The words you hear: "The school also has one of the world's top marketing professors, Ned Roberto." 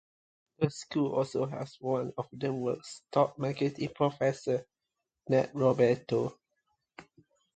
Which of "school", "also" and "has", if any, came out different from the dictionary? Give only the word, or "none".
has